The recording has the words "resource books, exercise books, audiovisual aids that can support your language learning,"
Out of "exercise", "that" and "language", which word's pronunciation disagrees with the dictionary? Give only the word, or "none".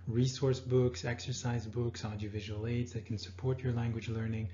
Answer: none